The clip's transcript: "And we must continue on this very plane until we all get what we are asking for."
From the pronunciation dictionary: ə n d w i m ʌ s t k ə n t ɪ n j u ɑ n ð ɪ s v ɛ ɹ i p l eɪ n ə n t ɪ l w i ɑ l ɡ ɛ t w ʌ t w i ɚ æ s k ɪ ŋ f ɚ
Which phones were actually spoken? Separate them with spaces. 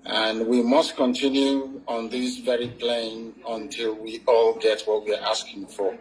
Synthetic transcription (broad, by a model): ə n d w i m ʌ s t k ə n t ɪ n j u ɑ n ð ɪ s v ɛ ɹ i p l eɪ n ə n t ɪ l w i ɑ l ɡ ɛ t w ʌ t w i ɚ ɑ s k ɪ ŋ f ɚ